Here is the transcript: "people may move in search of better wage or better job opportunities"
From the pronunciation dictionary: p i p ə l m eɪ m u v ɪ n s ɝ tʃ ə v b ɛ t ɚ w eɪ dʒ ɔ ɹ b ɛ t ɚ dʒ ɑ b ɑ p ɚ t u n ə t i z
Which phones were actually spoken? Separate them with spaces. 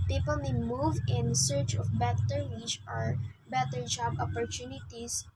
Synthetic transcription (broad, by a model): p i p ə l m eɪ m u v ɪ n s ɝ tʃ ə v b ɛ t ɚ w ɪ tʃ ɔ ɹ b ɛ t ɚ dʒ ɑ b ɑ p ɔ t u n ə t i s